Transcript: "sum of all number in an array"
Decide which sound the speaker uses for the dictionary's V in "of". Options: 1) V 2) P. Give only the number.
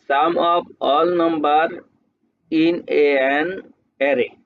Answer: 2